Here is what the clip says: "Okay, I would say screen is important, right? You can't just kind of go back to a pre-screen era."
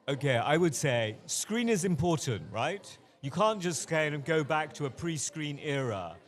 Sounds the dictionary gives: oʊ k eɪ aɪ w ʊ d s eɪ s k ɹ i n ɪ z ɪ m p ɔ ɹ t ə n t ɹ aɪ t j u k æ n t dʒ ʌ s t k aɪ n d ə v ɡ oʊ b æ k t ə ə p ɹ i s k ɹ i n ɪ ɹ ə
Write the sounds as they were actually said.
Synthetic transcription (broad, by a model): oʊ k eɪ aɪ w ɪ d s eɪ s k ɹ i n ɪ z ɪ m p ɔ ɹ t n t ɹ aɪ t j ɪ k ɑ n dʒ ʌ s t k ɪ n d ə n ɡ oʊ b æ k t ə ə p ɹ i s k ɹ i n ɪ ɹ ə